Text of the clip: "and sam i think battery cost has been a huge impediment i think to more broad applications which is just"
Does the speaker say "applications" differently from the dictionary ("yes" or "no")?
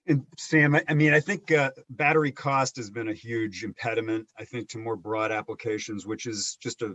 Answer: no